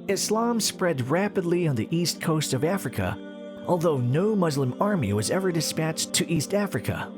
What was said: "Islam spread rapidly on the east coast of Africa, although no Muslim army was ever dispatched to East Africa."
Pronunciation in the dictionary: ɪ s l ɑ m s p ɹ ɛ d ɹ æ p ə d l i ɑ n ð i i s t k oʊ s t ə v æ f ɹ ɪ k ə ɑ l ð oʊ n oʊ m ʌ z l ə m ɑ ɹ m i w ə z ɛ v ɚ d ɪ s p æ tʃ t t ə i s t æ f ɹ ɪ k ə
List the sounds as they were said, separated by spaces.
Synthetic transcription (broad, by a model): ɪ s l ɑ m s p ɹ ɛ d ɹ æ p ə d l i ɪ n ð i i s t k oʊ s t ə v æ f ɹ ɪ k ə ɑ l ð oʊ n oʊ m ʌ z l ə m ɑ ɹ m i w ə z ɛ v ɚ d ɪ s p æ tʃ t t i s t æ f ɹ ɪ k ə